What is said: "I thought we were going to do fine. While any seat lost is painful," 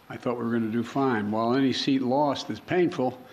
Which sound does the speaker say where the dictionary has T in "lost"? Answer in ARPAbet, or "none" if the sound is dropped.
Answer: T